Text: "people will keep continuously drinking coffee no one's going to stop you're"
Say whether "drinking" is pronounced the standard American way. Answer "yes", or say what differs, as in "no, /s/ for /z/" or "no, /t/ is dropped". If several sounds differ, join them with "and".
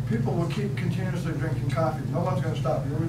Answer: yes